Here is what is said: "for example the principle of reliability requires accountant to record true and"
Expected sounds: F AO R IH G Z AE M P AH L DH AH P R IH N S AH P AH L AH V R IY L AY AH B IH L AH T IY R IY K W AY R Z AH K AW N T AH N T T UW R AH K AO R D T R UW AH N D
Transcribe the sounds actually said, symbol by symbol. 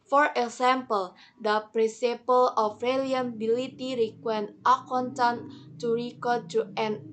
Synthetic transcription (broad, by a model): F AO R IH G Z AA M P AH L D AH P R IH N S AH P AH L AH F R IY L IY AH B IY L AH T IY R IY K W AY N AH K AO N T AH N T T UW R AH K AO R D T UW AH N